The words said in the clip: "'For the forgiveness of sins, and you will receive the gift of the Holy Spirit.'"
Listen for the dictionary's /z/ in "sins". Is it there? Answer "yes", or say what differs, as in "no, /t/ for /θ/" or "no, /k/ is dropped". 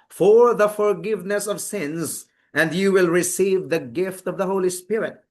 yes